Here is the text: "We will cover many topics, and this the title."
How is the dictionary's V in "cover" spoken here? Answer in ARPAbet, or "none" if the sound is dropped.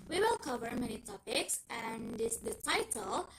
V